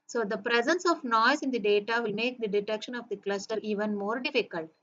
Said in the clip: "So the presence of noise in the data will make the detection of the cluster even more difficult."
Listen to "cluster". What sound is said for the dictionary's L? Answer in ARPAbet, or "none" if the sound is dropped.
L